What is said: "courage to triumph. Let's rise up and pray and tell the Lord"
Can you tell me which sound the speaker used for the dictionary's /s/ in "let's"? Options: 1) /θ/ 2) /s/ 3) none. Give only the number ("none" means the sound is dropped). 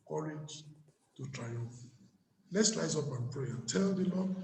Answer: 2